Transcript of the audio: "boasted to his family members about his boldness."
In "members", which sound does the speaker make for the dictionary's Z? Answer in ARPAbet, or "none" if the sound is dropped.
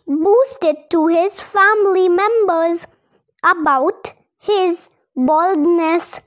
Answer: Z